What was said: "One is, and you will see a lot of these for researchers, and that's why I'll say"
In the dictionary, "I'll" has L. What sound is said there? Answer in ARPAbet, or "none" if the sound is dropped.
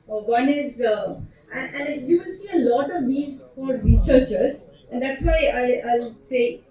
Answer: L